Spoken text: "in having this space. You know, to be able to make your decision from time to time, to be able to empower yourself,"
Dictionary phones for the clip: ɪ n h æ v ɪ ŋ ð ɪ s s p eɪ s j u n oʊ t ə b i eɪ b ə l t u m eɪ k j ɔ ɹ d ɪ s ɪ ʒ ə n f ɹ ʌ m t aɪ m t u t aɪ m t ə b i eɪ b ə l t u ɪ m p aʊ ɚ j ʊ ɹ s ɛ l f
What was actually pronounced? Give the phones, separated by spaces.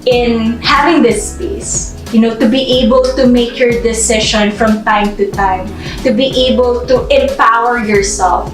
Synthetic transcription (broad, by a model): ɪ n h æ v ɪ ŋ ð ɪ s s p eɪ s j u n oʊ t ə b i eɪ b ə l t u m eɪ k j ɔ ɹ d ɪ s ɪ ʃ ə n f ɹ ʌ m t aɪ m t u t aɪ m t ə b i eɪ b ə l t u ɪ m p aʊ ɚ j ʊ ɹ s ɛ l f